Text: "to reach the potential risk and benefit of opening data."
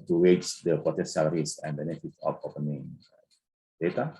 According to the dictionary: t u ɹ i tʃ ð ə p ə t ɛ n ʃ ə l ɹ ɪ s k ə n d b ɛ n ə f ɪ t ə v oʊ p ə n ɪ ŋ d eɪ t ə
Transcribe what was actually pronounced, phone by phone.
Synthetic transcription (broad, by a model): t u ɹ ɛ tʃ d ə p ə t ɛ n s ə l ɹ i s ə n d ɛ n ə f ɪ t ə f oʊ p ə n ɪ ŋ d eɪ t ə